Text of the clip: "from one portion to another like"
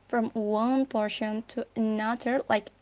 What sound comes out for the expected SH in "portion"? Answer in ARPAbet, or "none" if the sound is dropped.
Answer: SH